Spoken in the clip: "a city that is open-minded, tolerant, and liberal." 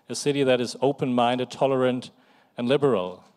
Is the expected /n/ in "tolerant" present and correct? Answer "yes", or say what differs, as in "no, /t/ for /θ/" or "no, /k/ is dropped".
yes